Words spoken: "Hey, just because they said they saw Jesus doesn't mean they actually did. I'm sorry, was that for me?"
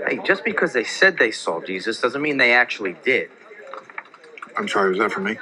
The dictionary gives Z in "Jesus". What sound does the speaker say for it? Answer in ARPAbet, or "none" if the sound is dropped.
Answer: Z